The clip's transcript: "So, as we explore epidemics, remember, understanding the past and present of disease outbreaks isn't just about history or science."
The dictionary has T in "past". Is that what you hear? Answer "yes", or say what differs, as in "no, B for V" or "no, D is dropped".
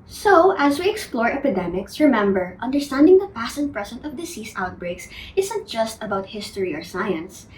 no, T is dropped